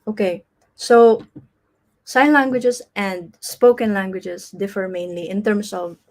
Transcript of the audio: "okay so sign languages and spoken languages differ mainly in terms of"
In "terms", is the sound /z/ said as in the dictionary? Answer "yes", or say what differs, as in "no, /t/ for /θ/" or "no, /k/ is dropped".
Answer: no, /s/ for /z/